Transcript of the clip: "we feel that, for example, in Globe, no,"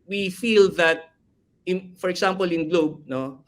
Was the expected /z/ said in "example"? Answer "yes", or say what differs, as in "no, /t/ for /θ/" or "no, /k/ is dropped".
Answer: no, /s/ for /z/